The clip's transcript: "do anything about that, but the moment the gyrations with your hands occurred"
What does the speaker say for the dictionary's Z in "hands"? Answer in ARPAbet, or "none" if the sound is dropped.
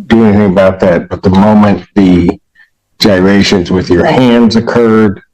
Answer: Z